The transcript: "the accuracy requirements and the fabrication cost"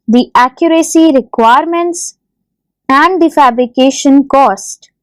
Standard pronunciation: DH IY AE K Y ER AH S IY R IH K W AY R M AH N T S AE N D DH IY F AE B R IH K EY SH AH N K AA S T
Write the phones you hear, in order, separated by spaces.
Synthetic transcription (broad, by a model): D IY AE K Y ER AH S IY R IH K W AY R M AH N T S AE N D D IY F AE B R IH K EY SH AH N K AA S T